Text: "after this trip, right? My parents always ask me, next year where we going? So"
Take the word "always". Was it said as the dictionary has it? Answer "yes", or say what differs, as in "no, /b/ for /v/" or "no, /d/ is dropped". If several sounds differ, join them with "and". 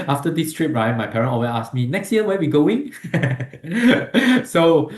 no, /z/ is dropped